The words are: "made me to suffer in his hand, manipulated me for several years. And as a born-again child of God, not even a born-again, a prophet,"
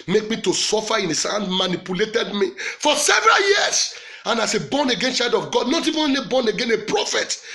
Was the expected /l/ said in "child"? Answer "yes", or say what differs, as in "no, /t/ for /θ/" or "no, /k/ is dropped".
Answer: no, /l/ is dropped